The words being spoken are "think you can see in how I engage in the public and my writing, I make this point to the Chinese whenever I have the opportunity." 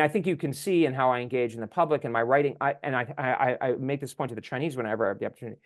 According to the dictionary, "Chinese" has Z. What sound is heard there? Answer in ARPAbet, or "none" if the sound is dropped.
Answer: Z